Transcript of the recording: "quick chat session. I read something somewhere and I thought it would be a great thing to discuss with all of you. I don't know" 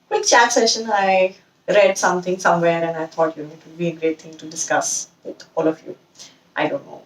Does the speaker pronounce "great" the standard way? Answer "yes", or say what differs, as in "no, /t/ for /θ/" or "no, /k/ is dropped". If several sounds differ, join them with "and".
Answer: yes